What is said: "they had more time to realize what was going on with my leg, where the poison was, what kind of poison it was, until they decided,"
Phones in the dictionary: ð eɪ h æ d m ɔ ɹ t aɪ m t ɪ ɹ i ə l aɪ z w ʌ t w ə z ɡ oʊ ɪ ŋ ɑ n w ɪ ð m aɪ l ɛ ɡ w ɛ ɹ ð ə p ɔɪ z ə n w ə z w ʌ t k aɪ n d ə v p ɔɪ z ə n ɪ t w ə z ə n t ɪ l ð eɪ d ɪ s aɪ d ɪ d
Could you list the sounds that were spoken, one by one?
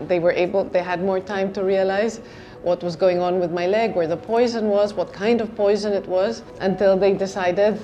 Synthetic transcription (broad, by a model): ð eɪ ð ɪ d m ɔ ɹ t aɪ m t ɪ ɹ i ə l aɪ z w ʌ t w ə z ɡ oʊ ɪ ŋ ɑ n w ɪ ð m aɪ l ɛ ɡ w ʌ ɹ ð ə p ɔɪ z ə n w ə z w ʌ t k aɪ n d ə v p ɔɪ z ə n ɪ t w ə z ə n t ɪ l ð eɪ d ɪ s aɪ d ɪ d